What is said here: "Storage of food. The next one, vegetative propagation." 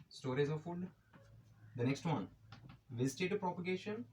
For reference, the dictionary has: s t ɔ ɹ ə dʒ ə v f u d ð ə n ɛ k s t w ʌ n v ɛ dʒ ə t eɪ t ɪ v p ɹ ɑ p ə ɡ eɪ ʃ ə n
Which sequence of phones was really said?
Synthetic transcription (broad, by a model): s t ɔ ɹ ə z ə v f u d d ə n ɛ k s t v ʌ n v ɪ z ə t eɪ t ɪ p ɹ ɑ p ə ɡ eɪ ʃ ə n